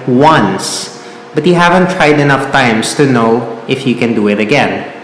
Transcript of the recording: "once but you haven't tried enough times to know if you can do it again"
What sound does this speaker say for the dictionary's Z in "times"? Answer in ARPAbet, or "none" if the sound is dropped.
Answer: S